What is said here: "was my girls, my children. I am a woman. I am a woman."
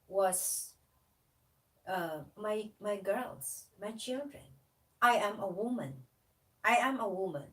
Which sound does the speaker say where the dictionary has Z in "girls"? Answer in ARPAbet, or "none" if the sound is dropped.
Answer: S